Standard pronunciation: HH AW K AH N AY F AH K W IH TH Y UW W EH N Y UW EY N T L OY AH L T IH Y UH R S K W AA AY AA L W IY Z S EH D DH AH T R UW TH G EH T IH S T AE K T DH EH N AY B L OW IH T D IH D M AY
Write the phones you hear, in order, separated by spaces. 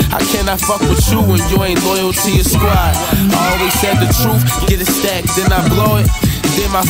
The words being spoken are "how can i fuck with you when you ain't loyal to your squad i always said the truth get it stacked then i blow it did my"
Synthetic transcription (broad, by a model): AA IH K AH N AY F AH K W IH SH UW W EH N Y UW EY N T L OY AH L T IH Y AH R S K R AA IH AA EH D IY S EH D DH AH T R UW F G EH T IH S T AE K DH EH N AY B L OW IH T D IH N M AY